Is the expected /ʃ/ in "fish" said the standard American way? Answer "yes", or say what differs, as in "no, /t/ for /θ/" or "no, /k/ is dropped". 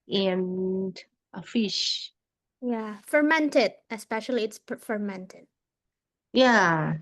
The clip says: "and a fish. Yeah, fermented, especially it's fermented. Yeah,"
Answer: yes